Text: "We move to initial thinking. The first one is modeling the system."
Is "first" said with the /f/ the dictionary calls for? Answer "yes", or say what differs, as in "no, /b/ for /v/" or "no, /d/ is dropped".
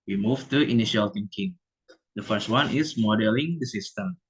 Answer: yes